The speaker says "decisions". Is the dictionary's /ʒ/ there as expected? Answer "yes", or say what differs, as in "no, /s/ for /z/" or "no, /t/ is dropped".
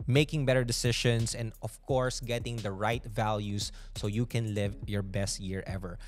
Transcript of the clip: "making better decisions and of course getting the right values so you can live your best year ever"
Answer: no, /ʃ/ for /ʒ/